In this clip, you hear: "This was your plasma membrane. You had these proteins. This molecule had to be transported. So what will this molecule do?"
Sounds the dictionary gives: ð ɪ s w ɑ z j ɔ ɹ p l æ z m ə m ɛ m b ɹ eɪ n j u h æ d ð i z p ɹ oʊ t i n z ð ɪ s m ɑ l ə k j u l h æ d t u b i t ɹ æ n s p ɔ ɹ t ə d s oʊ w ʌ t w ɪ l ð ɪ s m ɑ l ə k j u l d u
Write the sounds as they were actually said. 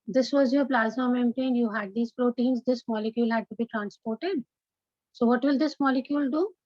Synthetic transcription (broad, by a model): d ɪ s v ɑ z j ɔ ɹ p l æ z ə m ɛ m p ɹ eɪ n j u h æ d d i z p ɹ oʊ t i n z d ɪ s m ɑ l ə k j u l h æ d t u b i t ɹ æ n s p ɔ ɹ t ə d s oʊ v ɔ t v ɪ l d ɪ s m ɑ l ə k j u l d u